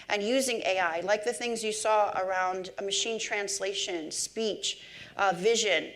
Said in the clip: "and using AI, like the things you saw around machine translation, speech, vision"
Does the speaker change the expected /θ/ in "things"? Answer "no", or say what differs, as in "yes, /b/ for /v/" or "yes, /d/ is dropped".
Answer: no